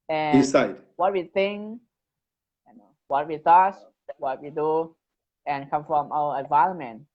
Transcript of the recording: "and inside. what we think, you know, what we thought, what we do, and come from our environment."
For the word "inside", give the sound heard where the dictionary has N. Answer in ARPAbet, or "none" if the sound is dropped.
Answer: none